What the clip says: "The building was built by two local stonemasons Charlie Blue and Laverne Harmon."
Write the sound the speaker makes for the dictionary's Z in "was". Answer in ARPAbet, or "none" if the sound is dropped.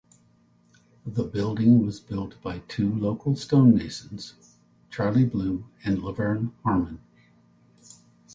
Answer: Z